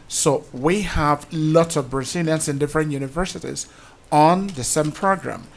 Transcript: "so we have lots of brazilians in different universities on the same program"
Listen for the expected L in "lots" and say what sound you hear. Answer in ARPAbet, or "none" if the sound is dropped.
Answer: L